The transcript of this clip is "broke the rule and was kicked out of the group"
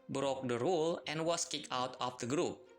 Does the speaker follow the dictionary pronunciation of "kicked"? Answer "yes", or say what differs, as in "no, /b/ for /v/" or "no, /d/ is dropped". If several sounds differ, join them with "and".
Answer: no, /t/ is dropped